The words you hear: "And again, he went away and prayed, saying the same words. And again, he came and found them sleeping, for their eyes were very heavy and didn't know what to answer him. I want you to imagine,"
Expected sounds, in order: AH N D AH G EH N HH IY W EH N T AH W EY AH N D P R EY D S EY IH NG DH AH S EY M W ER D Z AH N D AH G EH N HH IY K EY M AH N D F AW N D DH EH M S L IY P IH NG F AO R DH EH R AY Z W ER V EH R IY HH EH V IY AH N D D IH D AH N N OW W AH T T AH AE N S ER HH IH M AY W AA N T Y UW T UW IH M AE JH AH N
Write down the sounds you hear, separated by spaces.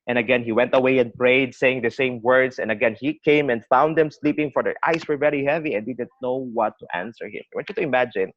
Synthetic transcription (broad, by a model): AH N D AH G EH N HH IY W EH N T AH W EY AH N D P R EY D S EY IH NG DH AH S EY M W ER D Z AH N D AH G EH N HH IY K EY M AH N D F AW N D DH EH M S L IY P IH NG F AO R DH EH R AY S W ER V EH R IY HH EH V IY AH N D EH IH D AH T N OW W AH T T AE N S ER HH IH M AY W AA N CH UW T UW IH M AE JH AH N